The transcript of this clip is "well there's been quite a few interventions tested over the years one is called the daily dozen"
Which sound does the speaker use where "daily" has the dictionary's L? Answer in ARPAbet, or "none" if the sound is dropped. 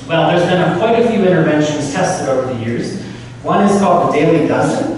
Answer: L